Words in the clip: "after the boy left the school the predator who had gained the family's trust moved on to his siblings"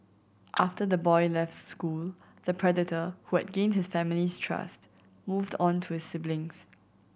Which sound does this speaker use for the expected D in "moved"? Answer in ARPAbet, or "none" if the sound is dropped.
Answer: D